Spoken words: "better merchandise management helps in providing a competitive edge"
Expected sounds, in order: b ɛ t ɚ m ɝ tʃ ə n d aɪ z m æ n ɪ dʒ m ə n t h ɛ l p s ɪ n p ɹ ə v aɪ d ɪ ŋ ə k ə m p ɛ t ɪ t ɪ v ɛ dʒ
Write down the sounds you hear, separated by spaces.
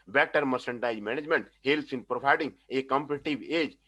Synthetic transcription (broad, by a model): b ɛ t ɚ m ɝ s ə n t aɪ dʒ m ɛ n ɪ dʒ m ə n t h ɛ l s ɪ n p ɹ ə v aɪ d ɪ ŋ ə k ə m p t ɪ t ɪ b ɛ dʒ